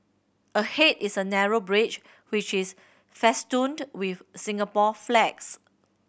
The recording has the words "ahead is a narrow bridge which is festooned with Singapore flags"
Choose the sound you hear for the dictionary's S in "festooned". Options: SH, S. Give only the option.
S